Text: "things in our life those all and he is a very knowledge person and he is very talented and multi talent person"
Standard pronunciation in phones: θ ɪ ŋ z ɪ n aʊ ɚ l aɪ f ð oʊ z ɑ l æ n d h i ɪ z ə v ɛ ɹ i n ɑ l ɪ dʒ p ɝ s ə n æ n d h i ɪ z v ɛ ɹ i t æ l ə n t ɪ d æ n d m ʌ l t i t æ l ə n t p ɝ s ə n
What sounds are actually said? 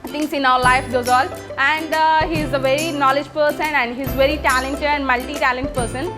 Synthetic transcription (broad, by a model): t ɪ ŋ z ɪ n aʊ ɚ l aɪ f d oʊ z ɑ l æ n d h i ɪ z ə v ɛ ɹ i n ɑ l ɪ dʒ p ɝ s ə n æ n d h i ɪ z v ɛ ɹ i t æ l ə n t ɪ d æ n d m ʌ l t i t æ l ə n t p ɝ s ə n